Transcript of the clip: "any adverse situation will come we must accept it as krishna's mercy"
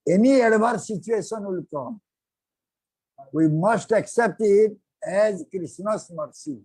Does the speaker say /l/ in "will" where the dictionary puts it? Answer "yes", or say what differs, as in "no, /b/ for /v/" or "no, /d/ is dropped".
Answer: yes